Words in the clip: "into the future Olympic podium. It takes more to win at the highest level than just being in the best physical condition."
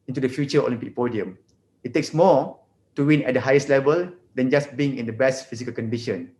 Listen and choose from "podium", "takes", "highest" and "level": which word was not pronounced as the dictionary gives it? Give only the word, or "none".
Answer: none